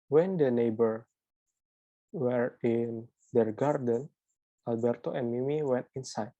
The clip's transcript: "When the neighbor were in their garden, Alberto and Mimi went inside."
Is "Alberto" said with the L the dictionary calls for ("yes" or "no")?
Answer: yes